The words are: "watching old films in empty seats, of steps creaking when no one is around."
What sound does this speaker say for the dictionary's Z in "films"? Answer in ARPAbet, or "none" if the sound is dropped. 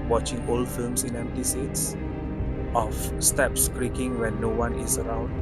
S